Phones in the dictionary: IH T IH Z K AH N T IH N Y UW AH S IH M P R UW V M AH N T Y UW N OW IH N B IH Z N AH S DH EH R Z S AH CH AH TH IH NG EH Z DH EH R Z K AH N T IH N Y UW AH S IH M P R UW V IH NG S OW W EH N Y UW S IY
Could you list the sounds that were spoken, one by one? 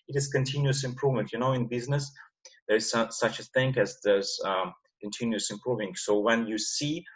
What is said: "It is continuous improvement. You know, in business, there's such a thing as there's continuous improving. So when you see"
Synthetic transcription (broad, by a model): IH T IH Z K AH N T IH N Y UW AH S IH M P R UW V M AH N T Y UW N OW IH N B IH Z N AH S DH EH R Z S AH CH AH TH IH NG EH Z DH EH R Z K AH N T IH N Y UW AH S IH M P R UW V IH NG S OW W EH N Y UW S IY